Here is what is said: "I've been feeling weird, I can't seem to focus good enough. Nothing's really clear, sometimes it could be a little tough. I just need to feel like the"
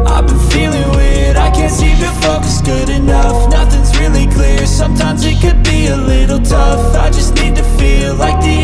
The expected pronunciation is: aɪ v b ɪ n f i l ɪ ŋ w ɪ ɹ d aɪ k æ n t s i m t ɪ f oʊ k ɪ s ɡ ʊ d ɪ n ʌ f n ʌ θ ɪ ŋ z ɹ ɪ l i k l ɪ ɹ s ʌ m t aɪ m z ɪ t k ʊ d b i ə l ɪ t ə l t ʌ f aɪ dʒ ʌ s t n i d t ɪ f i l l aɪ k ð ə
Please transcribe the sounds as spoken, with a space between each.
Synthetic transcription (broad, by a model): aɪ b ɪ n f i l ɪ ŋ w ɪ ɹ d aɪ k æ n t s i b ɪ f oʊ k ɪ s ɡ ʊ d ɪ n ʌ f n ʌ θ ɪ ŋ z ɹ ɪ l i k l ɪ ɹ s ʌ m t aɪ m z ɪ t k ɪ d b i ə l ɪ t l t ʌ f aɪ dʒ ʌ s t n i d t ɪ f i l l aɪ k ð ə